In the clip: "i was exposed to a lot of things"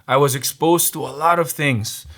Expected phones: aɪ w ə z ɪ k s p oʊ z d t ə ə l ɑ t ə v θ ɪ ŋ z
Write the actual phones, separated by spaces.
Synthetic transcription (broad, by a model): aɪ w ə z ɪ k s p oʊ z t ə ə l ɑ t ə v θ ɪ ŋ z